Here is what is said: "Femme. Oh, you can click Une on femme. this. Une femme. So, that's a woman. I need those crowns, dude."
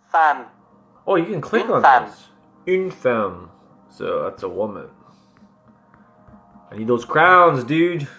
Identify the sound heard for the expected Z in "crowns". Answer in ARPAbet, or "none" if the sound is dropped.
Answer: Z